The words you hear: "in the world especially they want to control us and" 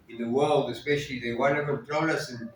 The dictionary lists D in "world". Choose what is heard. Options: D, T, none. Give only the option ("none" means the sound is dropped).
D